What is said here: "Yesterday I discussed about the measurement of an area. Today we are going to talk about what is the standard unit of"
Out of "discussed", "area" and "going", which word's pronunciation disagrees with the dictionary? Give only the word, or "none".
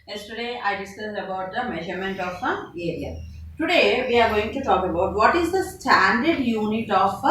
discussed